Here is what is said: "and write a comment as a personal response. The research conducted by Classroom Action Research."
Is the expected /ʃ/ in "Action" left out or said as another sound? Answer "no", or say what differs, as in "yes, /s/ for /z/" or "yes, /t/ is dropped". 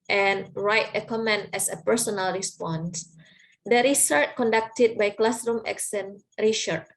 yes, /s/ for /ʃ/